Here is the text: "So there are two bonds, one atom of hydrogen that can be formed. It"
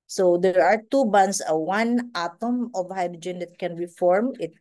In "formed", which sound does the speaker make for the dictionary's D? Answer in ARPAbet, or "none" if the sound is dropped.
none